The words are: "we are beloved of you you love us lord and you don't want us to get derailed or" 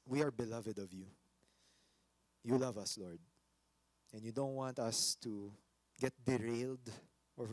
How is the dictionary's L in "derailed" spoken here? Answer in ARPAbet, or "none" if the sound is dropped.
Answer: L